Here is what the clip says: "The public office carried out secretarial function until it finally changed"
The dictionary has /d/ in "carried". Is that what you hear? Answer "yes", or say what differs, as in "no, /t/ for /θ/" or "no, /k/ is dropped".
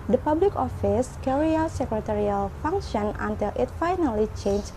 no, /d/ is dropped